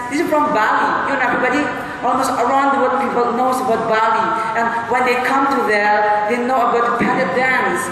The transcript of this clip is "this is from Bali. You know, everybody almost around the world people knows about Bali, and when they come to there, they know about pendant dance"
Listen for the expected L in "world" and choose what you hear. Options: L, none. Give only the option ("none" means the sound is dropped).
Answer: none